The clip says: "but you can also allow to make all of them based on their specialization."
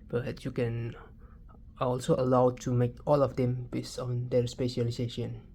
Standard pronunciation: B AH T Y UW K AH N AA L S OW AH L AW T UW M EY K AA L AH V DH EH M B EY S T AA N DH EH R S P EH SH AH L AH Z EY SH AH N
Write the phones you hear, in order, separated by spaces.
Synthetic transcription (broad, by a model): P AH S Y UW K AH N AA L S OW AH L AW T UW M EY K AA L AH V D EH M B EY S AA N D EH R S P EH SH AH L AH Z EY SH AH N